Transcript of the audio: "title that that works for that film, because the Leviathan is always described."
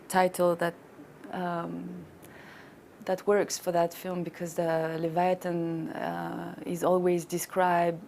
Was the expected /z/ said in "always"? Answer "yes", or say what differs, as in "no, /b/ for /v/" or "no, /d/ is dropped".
yes